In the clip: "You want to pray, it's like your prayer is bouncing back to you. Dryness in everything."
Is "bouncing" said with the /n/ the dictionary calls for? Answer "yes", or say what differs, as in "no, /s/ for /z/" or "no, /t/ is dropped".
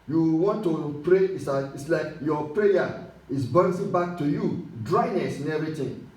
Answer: no, /n/ is dropped